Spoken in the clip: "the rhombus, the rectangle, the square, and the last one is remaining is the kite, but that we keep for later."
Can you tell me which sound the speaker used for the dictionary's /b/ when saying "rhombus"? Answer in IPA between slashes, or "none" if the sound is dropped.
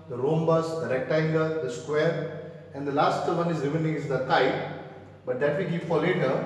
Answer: /b/